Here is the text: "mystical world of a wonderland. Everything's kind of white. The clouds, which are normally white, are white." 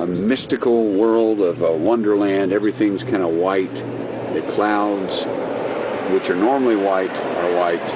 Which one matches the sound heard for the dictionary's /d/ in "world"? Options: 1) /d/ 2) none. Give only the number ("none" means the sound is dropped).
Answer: 1